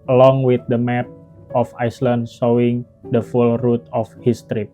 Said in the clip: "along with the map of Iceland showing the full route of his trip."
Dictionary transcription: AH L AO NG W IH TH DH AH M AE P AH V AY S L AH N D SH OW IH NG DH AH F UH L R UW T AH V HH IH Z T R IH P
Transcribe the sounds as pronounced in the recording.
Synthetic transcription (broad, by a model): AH L AO NG W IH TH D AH M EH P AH F AY S L AH N D S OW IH NG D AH F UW L R UW T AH F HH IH S T R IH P